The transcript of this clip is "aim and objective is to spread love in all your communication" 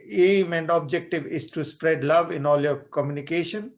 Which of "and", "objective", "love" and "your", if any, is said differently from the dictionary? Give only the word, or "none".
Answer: none